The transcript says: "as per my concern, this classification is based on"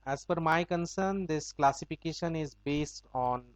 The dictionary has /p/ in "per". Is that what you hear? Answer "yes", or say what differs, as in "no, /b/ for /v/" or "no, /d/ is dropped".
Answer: no, /f/ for /p/